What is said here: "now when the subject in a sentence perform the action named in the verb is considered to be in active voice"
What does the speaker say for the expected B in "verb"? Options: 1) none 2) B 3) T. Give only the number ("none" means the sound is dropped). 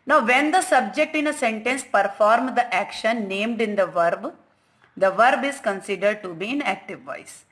2